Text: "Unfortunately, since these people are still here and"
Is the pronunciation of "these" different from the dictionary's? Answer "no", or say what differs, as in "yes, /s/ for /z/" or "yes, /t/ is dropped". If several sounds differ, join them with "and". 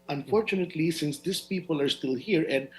yes, /s/ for /z/